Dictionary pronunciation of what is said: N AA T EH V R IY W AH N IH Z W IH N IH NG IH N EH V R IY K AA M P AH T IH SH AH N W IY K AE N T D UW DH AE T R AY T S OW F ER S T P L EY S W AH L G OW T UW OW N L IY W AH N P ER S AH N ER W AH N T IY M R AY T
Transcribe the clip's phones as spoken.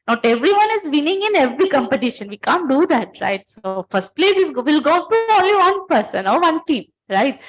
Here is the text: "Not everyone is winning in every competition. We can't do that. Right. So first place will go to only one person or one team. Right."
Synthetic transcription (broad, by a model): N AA T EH V R IY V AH N IH Z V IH N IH NG IH N EH V R IY K AA M P AH T IH SH AH N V IY K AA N T D UW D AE T R AY T S OW F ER S T P L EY S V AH L G OW T UW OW L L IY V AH N P ER S AH N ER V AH N T IY M R AY T